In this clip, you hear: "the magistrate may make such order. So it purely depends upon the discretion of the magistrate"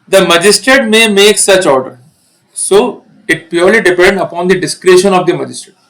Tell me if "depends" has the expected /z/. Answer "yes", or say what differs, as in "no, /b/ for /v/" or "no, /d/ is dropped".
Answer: no, /z/ is dropped